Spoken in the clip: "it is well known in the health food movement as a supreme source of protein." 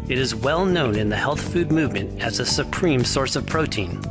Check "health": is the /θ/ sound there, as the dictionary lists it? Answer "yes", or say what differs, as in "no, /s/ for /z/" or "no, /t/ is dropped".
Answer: yes